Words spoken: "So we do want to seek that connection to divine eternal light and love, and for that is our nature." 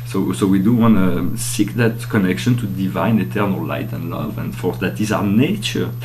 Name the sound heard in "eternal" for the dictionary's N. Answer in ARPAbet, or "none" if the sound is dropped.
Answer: N